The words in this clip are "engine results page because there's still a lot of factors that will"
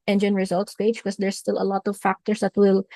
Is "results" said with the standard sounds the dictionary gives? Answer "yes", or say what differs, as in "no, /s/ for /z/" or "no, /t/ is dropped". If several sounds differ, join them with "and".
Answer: yes